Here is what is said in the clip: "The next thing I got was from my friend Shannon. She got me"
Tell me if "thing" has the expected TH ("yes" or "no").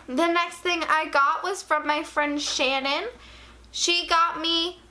yes